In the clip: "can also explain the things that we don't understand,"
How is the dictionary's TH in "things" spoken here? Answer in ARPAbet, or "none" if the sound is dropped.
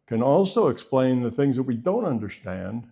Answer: TH